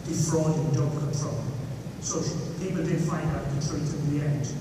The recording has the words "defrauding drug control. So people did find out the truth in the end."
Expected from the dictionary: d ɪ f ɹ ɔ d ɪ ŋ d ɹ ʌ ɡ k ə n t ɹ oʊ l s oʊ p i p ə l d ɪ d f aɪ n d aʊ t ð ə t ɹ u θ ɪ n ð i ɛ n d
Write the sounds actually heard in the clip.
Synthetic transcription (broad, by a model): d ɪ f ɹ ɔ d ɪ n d ʌ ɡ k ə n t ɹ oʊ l s oʊ p i p ə l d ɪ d f aɪ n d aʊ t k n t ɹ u f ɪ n ð i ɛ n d